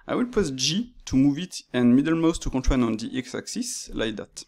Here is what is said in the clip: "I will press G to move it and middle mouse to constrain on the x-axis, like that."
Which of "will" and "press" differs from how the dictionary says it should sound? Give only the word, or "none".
press